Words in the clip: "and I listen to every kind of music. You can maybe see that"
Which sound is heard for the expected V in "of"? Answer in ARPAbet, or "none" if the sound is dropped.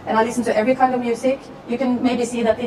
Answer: V